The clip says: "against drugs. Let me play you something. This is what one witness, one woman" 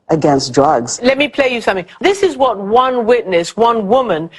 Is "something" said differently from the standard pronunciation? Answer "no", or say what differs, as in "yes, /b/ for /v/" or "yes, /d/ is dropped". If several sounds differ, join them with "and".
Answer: no